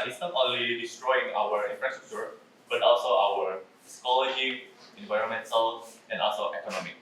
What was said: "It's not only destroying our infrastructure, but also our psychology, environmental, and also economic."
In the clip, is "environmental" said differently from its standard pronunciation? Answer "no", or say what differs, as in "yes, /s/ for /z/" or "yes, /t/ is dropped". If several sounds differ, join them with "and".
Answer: yes, /s/ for /t/